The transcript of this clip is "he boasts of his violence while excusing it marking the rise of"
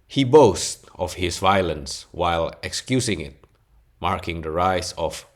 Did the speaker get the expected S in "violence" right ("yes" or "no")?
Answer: yes